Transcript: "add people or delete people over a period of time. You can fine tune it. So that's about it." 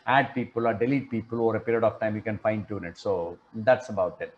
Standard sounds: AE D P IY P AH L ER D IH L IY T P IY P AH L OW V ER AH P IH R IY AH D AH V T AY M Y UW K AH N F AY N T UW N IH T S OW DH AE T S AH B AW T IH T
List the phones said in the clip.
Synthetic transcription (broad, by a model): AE D P IY P AH L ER D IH L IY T P IY P AH L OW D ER AH P IH R IY AH D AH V T AY M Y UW K AH N F AY N T UW N IH T S OW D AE T S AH B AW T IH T